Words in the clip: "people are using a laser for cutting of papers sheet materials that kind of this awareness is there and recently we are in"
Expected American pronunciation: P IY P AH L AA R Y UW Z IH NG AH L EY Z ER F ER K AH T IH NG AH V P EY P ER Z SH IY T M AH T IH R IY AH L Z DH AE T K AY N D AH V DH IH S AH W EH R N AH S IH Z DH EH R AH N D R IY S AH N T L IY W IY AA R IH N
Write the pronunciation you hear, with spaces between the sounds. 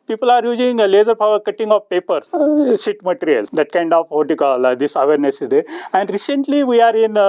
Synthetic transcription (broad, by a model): P IY P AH L AA R Y UW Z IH NG L EY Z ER P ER K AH T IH NG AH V P EY P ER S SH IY T M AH T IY R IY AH L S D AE T K AY N D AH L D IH S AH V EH R N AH S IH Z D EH R AH N D R IY S AH N T L IY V IY AA R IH N